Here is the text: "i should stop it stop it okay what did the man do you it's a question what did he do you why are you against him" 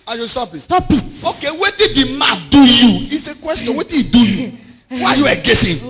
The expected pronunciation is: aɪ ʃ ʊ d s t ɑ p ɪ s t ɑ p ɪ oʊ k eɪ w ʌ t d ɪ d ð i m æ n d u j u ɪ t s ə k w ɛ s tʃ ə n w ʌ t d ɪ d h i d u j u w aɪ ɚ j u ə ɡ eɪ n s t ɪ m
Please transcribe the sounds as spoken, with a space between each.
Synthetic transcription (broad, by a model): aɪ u s t ɑ p ɪ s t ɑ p ɪ oʊ k eɪ w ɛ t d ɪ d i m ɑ d u j u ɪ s ə k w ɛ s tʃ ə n w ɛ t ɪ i d u j u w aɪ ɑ j u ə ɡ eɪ s ɪ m